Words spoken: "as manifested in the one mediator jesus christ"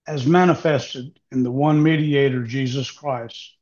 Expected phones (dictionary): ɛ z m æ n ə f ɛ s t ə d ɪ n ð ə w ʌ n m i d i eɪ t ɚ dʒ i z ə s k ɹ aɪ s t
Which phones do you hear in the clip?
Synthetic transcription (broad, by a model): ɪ z m æ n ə f ɛ s t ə d ɪ n ð ə w ʌ n m i d i eɪ t ɚ dʒ i z ə s k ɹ aɪ s t